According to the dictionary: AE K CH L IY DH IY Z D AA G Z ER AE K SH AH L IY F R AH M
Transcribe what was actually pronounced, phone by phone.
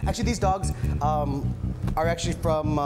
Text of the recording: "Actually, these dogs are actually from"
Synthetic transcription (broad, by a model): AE K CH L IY DH IY Z D AA G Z ER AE K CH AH L IY F R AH M